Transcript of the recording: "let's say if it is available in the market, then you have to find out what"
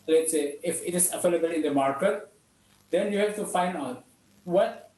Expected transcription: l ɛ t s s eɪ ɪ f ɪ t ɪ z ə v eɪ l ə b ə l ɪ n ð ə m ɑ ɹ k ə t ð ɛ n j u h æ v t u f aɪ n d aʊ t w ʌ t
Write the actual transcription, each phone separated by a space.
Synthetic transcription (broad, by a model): l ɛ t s s eɪ ɪ f ɪ t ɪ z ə f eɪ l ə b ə l ɪ n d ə m ɑ ɹ k ə t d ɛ n j u h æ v t u f aɪ n d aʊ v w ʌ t